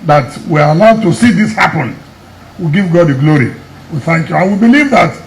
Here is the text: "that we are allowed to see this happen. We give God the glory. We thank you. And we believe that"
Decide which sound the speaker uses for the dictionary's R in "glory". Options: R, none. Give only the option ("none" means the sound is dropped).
R